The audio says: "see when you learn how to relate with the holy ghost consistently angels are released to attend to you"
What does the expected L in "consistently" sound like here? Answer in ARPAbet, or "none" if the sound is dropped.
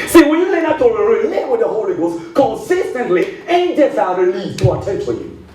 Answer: L